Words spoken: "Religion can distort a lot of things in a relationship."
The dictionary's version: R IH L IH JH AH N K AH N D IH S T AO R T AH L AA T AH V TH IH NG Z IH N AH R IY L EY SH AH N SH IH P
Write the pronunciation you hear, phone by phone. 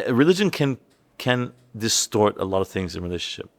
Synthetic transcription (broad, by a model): R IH L IH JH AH N K AH N D IH S T AO R T AH L AA T AH V TH IH NG Z IH N R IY L EY SH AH N SH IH P